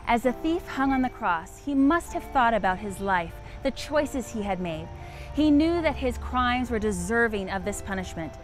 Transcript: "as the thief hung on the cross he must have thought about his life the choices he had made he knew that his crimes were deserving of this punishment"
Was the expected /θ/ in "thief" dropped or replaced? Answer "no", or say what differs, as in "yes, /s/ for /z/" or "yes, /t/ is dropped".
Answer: no